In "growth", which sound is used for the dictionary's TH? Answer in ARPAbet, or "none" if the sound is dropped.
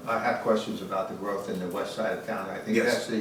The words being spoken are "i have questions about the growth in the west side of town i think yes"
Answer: TH